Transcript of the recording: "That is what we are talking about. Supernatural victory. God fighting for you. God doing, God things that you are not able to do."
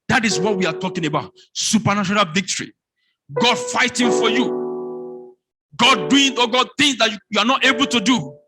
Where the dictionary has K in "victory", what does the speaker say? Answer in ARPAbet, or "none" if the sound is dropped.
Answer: K